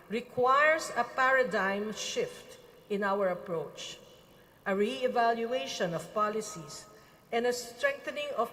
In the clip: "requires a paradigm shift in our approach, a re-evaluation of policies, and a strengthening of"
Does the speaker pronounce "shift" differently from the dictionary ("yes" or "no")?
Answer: no